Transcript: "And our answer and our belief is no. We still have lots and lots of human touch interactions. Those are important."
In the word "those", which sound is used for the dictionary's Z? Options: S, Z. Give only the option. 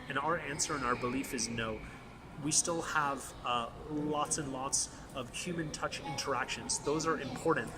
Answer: Z